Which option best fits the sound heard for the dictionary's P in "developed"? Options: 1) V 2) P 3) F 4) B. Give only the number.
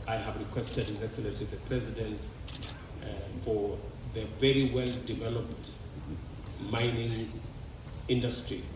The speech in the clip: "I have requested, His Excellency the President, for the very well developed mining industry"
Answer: 2